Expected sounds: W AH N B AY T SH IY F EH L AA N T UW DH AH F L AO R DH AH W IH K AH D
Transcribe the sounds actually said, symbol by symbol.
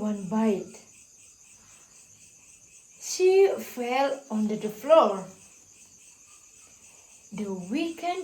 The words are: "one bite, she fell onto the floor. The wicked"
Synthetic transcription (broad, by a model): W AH N B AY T SH IY F EH L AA N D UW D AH F L AO R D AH W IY K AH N